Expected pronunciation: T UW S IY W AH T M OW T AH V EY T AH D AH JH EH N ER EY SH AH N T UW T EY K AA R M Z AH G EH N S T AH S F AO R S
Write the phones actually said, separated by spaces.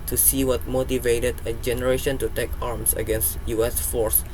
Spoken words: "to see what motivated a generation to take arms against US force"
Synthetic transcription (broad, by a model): T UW S IY W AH T M OW T AH V EY T AH D AH JH EH N ER EY SH AH N T UW T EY K AA R M S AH G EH N S T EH S F AO R S